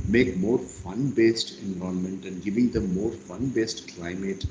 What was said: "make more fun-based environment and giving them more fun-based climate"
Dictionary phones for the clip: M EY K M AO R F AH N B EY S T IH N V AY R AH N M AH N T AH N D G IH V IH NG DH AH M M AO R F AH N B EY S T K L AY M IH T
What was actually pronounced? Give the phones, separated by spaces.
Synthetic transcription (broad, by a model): M EY K M AO R F AH N B EY S T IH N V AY AH M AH N T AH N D G IH V IH NG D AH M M AO R F AH N B EY S T K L AY M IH T